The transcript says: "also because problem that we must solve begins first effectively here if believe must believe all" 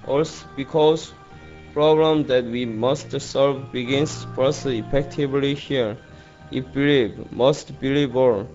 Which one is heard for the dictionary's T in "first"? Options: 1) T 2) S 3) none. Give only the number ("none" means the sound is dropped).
3